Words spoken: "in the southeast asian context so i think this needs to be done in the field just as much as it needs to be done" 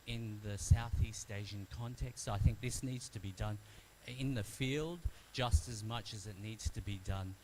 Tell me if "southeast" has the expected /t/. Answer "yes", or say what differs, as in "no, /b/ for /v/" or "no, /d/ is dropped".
yes